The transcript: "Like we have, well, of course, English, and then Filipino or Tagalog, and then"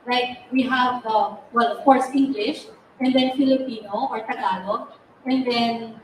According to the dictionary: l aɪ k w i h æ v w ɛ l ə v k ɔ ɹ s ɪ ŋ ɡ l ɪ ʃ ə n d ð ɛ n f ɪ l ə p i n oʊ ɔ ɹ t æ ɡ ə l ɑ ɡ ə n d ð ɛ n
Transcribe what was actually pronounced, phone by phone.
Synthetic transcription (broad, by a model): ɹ aɪ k w i h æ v w ɛ l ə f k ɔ ɹ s ɪ ŋ ɡ l ɪ ʃ ə n d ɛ n f ɪ l ə p i n oʊ ɔ ɹ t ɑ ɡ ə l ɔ ə n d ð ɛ n